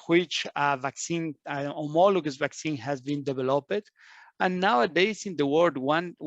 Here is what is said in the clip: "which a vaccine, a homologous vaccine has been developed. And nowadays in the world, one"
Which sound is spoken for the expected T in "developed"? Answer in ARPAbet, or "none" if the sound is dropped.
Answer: none